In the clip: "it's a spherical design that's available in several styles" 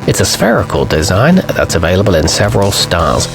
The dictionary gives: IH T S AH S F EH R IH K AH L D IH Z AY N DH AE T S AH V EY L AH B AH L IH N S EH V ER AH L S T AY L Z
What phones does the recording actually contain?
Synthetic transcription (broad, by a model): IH T S AH S F EH R IH K AH L D IH Z AY N DH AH T S AH V EY L AH B AH L IH N S EH V ER AH L S T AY L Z